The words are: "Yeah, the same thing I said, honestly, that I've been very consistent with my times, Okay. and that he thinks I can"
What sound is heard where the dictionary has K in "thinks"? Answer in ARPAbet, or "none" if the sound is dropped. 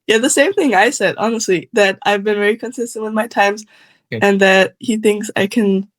K